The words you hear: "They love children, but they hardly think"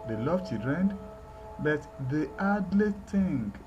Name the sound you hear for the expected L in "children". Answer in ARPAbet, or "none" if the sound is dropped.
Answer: none